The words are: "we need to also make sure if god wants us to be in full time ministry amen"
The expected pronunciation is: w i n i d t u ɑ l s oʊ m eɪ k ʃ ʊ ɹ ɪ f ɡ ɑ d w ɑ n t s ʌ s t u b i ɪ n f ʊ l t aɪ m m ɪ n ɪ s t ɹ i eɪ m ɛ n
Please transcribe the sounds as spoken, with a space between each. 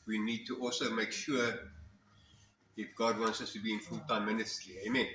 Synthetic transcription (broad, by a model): w i n i d t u ɑ l s oʊ m eɪ k ʃ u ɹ ɪ f ɡ ɑ d w ɑ n t s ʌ s t u b i ɪ n f ʊ l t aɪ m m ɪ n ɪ s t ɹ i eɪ m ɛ n